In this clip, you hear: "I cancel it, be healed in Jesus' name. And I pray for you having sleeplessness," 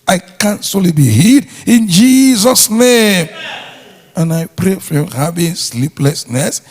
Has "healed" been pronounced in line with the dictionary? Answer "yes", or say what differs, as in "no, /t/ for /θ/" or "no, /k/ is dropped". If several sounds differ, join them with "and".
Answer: no, /l/ is dropped